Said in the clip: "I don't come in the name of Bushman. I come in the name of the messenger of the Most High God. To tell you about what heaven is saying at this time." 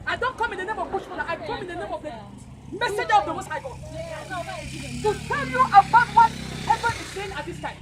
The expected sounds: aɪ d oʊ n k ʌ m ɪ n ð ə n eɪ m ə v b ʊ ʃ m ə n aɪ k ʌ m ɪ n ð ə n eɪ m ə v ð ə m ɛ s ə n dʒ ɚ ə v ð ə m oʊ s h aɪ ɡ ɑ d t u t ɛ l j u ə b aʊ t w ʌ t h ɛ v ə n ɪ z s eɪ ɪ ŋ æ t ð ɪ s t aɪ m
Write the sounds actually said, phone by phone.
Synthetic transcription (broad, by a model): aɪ d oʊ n k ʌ m ɪ n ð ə n eɪ m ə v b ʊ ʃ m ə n aɪ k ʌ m ɪ n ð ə n eɪ m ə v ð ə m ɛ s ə dʒ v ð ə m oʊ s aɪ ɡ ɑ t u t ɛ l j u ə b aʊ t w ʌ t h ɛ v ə ɪ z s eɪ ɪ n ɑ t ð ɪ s t aɪ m